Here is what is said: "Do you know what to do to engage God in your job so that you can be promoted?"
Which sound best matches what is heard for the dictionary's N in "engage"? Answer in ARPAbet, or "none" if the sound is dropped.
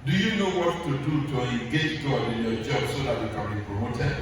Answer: none